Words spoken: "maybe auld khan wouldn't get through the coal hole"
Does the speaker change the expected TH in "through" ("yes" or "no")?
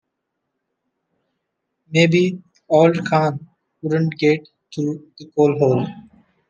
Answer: yes